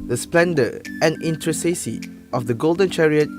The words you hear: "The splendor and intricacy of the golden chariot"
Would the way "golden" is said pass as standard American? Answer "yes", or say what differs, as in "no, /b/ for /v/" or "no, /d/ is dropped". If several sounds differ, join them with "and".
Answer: yes